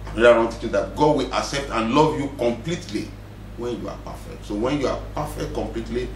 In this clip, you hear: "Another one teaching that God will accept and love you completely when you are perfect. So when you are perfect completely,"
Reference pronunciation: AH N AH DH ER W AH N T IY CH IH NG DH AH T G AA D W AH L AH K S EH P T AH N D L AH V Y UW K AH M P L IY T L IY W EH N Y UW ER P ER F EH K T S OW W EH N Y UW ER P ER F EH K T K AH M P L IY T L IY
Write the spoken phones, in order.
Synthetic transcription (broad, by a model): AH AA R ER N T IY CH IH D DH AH T G AA D W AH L AH K S EH P T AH N L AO V Y UW K AH M P L IY T L IY W EH N Y UW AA P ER F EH K T S OW W EH N Y UW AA P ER F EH K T K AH M P L IY T L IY